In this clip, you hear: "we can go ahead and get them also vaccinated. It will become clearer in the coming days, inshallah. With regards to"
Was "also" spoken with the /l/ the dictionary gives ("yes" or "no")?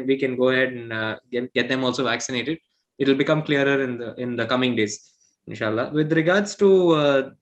yes